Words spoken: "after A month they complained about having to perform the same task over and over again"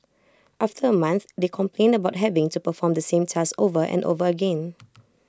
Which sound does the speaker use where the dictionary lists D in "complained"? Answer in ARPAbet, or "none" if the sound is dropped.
D